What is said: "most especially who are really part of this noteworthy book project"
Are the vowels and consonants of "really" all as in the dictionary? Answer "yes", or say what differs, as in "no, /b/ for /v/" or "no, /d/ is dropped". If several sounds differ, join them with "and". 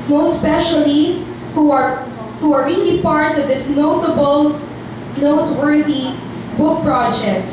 no, /n/ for /l/